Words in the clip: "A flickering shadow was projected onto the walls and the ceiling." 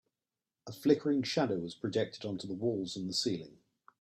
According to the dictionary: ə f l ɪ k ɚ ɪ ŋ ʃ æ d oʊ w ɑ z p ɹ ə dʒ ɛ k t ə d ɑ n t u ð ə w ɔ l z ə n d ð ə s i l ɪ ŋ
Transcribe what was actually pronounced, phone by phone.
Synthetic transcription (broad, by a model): ə f l ɪ k ɚ ɪ ŋ ʃ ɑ d oʊ w ɑ z p ɹ ə dʒ ɛ k t ə d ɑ n t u ð ə w ɔ l z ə n ð ə s i l ɪ ŋ